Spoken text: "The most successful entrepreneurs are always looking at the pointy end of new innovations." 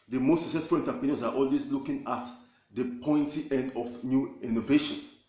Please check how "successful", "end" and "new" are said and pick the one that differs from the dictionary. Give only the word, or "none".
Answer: none